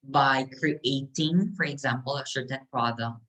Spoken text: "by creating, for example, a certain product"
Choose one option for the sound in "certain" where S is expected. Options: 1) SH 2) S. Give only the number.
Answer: 1